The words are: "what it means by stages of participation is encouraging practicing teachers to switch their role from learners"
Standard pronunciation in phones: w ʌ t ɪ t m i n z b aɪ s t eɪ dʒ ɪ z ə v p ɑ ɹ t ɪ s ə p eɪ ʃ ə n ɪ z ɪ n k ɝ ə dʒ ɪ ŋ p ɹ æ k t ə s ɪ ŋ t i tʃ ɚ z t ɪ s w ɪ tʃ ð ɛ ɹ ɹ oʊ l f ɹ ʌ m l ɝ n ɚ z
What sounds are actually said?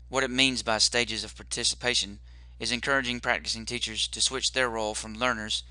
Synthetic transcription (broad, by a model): w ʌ t ɪ t m i n z b aɪ s t eɪ dʒ ɪ z ə v p ɑ ɹ t ɪ s ə p eɪ ʃ ə n ɪ z ɪ n k ɝ ə dʒ ɪ ŋ p ɹ æ k t ə s ɪ ŋ t i tʃ ɚ z t ɪ s w ɪ tʃ ð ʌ ɹ ɹ oʊ l f ɹ ʌ m l ɝ n ɚ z